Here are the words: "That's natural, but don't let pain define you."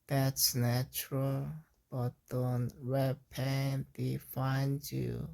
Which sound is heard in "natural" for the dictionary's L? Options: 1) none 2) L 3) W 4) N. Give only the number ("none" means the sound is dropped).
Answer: 2